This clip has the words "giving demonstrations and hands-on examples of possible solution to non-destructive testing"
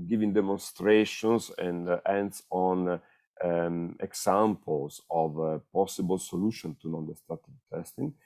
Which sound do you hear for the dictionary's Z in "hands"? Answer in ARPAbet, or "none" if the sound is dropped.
S